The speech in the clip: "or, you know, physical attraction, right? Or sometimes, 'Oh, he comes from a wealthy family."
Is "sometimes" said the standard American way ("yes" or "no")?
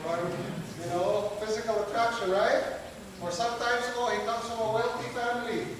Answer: no